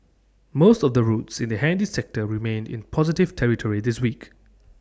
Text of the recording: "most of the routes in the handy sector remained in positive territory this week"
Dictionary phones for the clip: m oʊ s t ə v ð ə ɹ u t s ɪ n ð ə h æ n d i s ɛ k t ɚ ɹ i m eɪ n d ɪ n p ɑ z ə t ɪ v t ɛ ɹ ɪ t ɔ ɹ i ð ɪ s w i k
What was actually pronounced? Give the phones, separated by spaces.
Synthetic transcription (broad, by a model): m oʊ s t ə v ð ə ɹ u t s ɪ n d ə h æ n d i s ɛ k t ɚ ɹ i m eɪ n d ɪ n p ɑ z ə t ɪ v t ɛ ɹ ɪ t ɔ ɹ i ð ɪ s w i k